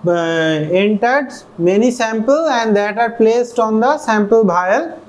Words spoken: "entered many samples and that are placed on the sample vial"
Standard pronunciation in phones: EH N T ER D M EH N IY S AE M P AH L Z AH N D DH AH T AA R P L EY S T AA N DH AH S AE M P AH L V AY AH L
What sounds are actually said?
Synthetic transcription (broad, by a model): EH N T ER D M EH N IY S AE M P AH L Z AH N D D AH T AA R P L EY S T AA N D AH S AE M P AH L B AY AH L